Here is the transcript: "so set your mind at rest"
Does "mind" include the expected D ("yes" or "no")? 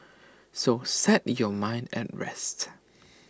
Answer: yes